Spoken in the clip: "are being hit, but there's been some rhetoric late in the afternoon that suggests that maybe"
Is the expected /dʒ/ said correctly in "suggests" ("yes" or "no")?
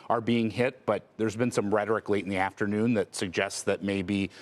yes